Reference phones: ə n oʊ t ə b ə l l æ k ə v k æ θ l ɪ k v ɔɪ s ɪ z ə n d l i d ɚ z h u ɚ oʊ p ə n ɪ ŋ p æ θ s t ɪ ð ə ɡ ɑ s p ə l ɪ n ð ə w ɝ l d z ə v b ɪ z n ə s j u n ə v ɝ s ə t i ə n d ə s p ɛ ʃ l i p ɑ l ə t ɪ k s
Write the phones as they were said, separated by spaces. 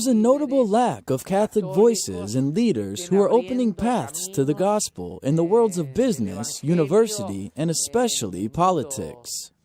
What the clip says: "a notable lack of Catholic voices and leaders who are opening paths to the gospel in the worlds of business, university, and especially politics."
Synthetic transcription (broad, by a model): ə n oʊ t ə b l l æ k ə v k æ θ l ɪ k v ɔɪ s ɪ z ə n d l i d ɚ z h u ɚ oʊ p ə n ɪ ŋ p æ θ s t ɪ ð ə ɡ ɑ s p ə l ɪ n ð ə w ɝ l d z ə v b ɪ z n ə s j u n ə v ɝ s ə t i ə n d ə s p ɛ ʃ l i p ɑ l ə t ɪ k s